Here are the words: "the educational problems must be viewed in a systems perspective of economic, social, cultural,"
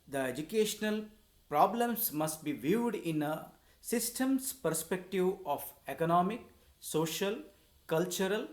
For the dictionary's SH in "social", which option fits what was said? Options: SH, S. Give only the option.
SH